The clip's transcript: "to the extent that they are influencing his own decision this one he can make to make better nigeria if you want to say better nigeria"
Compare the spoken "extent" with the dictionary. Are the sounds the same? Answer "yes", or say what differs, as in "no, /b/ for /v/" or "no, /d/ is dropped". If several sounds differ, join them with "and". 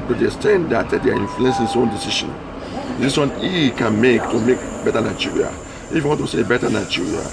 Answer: no, /k/ is dropped